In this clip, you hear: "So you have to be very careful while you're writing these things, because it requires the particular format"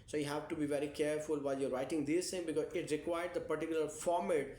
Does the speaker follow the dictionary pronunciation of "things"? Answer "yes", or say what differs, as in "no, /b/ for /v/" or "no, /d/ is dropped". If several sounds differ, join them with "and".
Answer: no, /z/ is dropped